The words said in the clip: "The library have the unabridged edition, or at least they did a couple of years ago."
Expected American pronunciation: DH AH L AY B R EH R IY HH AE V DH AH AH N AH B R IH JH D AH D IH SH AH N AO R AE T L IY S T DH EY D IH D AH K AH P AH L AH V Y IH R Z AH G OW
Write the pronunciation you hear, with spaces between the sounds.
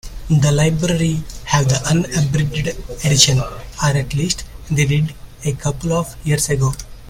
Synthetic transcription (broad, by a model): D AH L AY B R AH R IY HH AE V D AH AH N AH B R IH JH D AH D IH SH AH N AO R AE T L IY S T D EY D IH D AH K AH P AH L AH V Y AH R S AH G OW